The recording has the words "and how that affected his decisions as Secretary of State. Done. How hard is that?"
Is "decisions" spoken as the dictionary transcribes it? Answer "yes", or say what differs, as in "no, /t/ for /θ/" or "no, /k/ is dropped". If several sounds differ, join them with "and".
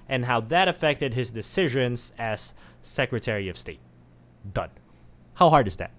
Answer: yes